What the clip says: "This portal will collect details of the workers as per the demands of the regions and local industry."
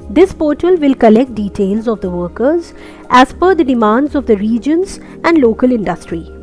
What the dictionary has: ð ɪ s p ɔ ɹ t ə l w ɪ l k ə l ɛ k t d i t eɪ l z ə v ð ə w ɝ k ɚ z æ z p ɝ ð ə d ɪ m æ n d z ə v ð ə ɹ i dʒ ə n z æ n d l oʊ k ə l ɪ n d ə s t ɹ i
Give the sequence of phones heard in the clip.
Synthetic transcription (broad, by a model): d ɪ s p ɔ ɹ t ə l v ɪ l k ə l ɛ k t d i t eɪ l z ə v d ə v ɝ k ɚ z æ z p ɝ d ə d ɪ m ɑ n d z ə v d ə ɹ i dʒ ə n z æ n d l oʊ k ə l ɪ n d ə s t ɹ i